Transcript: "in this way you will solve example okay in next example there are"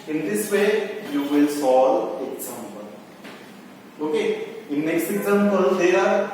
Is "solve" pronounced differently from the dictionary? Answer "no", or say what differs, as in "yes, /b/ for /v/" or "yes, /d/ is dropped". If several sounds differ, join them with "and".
yes, /v/ is dropped